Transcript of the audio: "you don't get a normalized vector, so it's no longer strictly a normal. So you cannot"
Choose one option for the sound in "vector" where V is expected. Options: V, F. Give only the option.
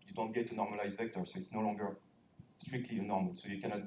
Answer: V